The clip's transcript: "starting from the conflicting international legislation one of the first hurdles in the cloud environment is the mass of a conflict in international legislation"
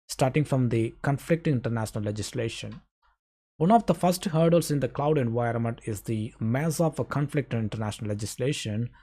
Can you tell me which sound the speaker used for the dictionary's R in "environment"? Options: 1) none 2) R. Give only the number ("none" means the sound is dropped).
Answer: 2